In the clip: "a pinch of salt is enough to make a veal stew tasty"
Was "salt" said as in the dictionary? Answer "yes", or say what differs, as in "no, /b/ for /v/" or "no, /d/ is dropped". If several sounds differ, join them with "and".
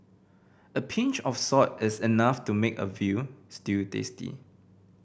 no, /l/ is dropped